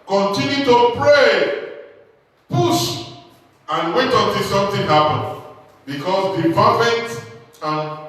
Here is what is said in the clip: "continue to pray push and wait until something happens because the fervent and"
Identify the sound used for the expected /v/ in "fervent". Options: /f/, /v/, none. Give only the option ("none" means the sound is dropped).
/f/